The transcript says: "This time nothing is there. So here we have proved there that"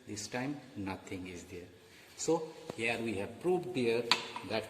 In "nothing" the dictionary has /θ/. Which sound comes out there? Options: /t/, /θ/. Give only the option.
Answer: /t/